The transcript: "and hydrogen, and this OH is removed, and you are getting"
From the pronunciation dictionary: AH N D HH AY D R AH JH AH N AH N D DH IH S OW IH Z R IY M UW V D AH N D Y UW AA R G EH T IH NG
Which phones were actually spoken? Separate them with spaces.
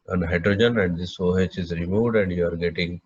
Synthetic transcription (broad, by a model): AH N HH AY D R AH JH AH N AH N D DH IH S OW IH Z R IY M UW D AH N D Y UW AA R G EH T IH NG